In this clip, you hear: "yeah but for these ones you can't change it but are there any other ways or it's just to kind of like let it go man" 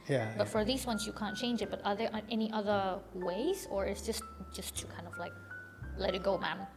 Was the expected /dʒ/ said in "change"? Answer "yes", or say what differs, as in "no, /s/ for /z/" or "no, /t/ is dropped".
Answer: yes